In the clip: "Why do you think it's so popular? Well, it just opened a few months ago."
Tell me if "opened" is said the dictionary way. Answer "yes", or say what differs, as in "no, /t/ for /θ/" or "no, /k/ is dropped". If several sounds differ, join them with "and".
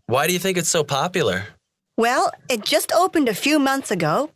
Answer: yes